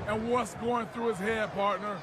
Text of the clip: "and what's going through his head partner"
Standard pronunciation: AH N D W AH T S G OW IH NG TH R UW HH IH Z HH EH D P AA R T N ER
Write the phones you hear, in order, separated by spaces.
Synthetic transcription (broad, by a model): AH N W AH T S G OW IH NG TH R UW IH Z HH EH D P AA R T N ER